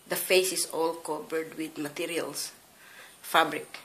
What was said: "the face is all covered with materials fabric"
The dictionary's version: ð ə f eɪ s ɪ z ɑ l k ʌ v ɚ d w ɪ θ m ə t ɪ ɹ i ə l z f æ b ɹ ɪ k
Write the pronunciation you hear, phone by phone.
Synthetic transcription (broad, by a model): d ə f eɪ s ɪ s ɑ l k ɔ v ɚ d w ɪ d m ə t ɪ ɹ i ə l s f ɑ b ɹ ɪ k